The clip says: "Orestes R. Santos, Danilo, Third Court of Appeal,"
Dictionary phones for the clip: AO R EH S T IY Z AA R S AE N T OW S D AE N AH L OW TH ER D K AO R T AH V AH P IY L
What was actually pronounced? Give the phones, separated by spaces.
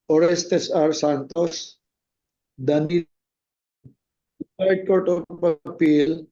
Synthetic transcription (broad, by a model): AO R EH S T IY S AA R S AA N T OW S D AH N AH UW S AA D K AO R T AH P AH P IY L